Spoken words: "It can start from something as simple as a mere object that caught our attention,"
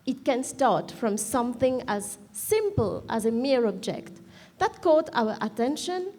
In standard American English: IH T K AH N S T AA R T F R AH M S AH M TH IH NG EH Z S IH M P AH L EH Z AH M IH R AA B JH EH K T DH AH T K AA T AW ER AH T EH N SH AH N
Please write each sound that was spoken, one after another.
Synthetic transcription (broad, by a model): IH T K AH N S T AA R T F R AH M S AH M TH IH NG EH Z S IH M P AH L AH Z AH M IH R AA B JH EH K T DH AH T K AA T AW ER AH T EH N SH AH N